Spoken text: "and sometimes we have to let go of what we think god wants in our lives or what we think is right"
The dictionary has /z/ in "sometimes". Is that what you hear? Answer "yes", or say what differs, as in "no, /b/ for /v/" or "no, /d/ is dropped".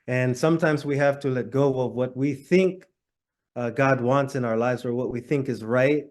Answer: yes